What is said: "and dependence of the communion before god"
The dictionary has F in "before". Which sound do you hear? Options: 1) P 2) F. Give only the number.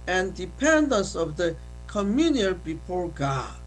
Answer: 2